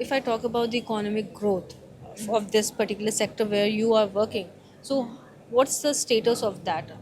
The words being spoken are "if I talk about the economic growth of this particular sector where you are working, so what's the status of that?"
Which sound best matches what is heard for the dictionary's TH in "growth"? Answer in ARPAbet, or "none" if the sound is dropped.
T